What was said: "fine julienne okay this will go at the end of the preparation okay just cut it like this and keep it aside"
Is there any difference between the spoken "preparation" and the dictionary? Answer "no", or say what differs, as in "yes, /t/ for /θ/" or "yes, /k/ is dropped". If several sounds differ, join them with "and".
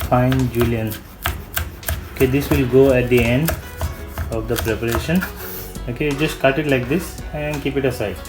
no